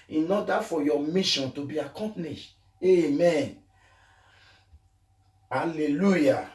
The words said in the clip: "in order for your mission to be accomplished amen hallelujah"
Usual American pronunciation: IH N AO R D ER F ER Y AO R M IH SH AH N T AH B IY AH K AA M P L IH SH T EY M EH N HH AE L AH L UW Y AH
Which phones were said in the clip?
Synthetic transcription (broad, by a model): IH N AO D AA F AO Y AO M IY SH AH N T AH B IY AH K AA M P N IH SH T EY M EH N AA L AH L UW Y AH